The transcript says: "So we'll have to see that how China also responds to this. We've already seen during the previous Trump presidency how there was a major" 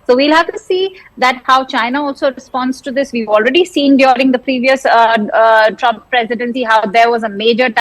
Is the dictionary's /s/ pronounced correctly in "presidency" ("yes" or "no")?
yes